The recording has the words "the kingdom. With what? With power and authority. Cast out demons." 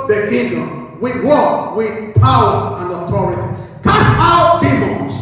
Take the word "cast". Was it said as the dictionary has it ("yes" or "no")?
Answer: no